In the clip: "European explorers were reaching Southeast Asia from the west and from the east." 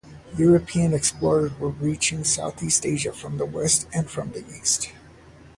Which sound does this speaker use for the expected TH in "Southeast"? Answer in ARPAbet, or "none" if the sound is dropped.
TH